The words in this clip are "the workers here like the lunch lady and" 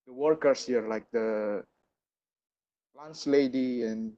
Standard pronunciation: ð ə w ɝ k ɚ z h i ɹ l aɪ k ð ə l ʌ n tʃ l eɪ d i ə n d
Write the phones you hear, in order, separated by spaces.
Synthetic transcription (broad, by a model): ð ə w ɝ k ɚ s h i ɹ l aɪ k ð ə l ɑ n s l eɪ d i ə n